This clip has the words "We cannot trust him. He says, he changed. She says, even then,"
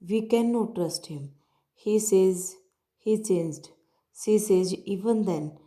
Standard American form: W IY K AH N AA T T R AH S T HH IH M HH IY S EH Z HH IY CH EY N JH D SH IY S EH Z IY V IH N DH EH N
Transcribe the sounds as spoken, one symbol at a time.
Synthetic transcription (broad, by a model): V IY K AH N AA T T R AH S T HH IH M HH IY S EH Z HH IY CH EY N JH D S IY S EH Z IY V IH N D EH N